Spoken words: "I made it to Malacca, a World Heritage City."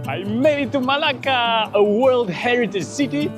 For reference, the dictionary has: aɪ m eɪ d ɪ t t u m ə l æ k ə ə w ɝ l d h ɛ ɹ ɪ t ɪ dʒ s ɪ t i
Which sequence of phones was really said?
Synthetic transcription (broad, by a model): aɪ m eɪ d ɪ t t u m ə l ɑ k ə ə w ɝ l d h ɛ ɹ ɪ t ɪ dʒ s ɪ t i